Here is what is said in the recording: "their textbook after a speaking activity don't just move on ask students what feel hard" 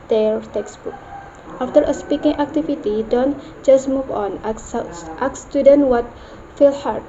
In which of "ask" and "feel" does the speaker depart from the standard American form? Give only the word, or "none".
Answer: ask